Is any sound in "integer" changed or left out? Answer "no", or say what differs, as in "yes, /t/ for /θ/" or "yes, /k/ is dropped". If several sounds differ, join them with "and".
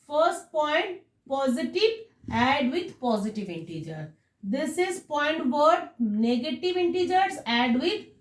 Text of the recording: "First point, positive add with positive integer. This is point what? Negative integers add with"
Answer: no